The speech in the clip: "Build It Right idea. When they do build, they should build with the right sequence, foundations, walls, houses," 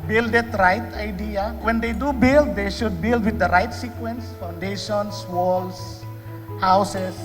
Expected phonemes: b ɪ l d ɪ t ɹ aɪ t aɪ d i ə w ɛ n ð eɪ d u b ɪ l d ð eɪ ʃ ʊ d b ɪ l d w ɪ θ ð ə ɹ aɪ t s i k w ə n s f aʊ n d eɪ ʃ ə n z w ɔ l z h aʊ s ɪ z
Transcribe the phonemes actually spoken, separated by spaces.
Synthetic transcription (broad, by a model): b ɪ l d ɪ t ɹ aɪ t aɪ d i ə w ɛ n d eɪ d u b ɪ l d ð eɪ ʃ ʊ d b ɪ l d w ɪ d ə ɹ aɪ t s i k w ə n s f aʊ n d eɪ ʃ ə n s w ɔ l s h aʊ s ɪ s